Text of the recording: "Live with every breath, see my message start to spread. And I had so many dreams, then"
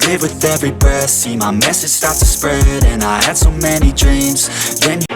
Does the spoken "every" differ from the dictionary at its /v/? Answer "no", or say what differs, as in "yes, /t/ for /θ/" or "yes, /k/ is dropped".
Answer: no